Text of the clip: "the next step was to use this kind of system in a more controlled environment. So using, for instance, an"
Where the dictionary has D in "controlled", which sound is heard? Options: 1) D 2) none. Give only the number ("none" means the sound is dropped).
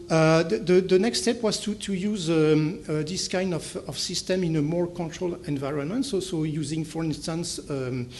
2